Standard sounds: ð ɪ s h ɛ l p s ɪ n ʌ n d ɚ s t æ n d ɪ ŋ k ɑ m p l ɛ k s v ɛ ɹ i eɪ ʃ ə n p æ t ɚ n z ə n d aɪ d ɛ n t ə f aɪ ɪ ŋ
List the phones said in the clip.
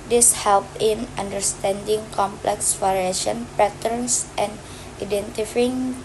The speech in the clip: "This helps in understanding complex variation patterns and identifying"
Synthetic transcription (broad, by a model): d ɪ s h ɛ l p ɪ n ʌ n d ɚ s t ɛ n d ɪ ŋ k ɑ m p l ɛ k s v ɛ ɹ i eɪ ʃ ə n p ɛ t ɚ n s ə n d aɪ d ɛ n t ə f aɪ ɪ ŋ